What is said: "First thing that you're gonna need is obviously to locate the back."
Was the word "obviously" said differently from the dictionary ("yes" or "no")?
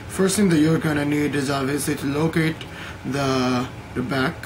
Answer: yes